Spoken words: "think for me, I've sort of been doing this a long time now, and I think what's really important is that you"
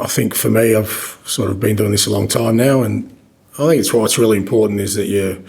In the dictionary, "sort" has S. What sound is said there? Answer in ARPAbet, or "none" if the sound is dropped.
S